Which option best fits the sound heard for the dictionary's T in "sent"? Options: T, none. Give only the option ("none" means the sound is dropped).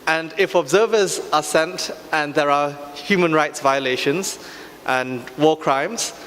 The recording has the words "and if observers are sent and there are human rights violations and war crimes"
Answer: T